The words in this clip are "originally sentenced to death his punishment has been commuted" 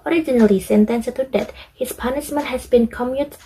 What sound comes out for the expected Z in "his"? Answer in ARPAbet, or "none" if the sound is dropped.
S